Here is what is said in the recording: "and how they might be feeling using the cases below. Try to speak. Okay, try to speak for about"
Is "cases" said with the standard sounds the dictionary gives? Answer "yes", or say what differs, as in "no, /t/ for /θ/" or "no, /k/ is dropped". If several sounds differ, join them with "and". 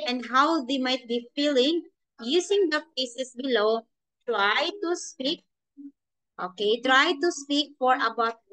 no, /s/ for /z/